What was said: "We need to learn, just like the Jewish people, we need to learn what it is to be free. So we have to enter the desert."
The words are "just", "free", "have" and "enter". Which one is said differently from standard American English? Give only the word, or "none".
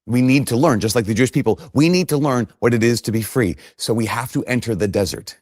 have